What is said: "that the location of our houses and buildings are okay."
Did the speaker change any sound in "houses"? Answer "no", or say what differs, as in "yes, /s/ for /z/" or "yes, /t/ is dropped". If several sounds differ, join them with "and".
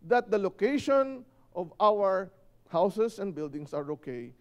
yes, /s/ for /z/